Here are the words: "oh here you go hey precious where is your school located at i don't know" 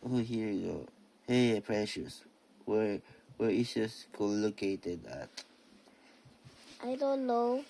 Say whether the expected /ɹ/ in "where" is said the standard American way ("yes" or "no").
no